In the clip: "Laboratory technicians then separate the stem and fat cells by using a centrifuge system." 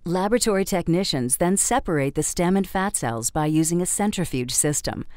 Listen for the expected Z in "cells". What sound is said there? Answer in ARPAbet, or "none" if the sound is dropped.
Z